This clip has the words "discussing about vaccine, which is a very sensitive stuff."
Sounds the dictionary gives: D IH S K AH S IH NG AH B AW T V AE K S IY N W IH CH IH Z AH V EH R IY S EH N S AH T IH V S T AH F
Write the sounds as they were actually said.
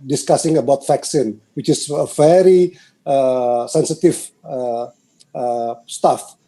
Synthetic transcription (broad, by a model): D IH S K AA S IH NG AH B AW T F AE K S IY N W IH CH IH S AH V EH R IY S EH N S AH T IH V S T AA F